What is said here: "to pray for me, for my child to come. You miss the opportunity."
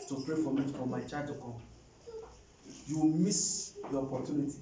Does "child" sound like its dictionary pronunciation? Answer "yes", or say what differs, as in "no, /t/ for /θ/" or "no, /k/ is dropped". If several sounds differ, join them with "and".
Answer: no, /l/ is dropped